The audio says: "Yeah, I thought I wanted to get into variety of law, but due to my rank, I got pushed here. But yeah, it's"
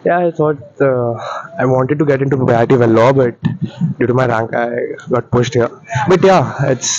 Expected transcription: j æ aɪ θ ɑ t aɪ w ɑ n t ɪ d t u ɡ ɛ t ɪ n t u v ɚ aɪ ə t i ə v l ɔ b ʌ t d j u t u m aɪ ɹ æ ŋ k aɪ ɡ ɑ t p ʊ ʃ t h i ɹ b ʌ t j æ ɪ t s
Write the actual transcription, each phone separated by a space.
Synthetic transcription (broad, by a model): j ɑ aɪ t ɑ t aɪ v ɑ n t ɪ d t u ɡ ɛ t ɪ n t u p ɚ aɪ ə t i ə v l ɔ b ʌ t d j u t u m aɪ ɹ æ ŋ k aɪ ɡ ɑ t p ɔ s t h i ɹ b ʌ t j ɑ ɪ t s